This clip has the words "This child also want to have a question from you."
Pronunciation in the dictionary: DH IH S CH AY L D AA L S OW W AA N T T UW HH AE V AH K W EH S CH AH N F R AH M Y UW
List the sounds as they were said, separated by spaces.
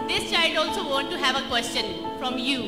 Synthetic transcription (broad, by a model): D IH S CH AY L D AA L S OW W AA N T T UW HH AE V AH K W EH S CH AH N F R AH M Y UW